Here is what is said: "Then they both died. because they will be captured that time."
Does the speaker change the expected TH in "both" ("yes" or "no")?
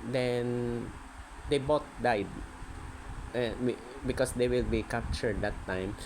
yes